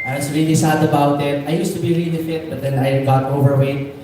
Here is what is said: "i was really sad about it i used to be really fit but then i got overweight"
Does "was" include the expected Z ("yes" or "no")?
no